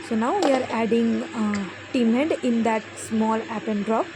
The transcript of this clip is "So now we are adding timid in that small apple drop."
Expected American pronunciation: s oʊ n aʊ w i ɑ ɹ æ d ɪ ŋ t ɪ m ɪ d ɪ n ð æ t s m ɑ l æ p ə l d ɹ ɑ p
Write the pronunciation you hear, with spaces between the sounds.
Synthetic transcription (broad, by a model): s oʊ n aʊ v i ɑ ɹ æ d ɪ ŋ t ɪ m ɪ d ɪ n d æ t s m ɑ l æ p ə n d ɹ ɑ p